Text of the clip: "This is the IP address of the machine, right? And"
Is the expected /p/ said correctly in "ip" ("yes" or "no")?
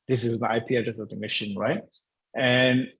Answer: yes